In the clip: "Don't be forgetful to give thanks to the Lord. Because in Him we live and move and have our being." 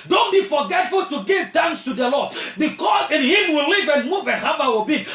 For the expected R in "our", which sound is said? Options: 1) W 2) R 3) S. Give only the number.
1